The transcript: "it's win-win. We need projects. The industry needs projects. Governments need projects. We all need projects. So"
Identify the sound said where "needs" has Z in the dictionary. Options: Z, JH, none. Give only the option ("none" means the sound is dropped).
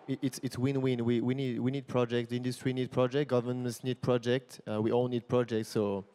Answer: none